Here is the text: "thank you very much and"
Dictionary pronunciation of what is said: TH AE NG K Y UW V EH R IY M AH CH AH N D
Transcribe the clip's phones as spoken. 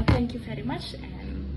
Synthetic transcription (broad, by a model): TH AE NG K Y UW V EH R IY M AH CH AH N